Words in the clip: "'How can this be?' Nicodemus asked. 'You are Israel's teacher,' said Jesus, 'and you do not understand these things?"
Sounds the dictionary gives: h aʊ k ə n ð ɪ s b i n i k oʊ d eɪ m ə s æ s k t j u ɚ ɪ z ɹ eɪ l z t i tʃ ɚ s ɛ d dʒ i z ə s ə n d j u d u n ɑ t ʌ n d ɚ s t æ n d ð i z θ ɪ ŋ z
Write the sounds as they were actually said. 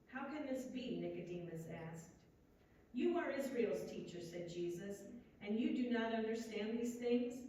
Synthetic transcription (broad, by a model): h aʊ k ə n ð ɪ s b i n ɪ k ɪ d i m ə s æ s k t j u ɚ ɪ z ɹ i l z t i tʃ ɚ s ɛ d dʒ i z ə s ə n j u d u n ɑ t ʌ n d ɚ s t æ n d ð i z θ ɪ ŋ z